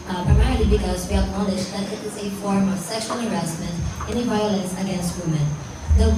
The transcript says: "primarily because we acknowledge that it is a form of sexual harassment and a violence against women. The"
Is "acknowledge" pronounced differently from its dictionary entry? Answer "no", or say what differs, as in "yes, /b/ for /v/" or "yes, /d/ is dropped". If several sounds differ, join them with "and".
yes, /ʃ/ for /dʒ/